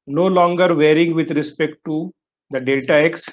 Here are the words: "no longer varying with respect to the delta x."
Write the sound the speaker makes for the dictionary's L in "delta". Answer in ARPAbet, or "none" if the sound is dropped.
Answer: none